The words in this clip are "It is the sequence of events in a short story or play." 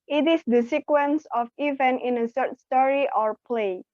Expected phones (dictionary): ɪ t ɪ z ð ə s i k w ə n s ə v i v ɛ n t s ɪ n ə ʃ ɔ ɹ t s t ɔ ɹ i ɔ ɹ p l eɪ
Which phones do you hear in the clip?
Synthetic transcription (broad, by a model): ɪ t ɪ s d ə s i k w ə n s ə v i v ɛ n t ɪ n ə s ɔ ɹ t s t ɔ ɹ i ɔ ɹ p l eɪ